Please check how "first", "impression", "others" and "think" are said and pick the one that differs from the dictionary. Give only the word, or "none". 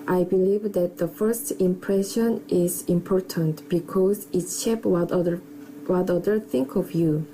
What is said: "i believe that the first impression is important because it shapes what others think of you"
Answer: others